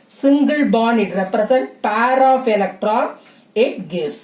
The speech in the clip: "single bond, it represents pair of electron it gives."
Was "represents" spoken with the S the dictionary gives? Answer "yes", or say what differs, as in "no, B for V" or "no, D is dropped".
no, S is dropped